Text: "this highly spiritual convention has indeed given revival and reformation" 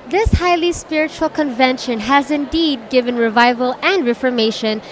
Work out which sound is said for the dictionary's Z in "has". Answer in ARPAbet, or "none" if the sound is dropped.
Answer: Z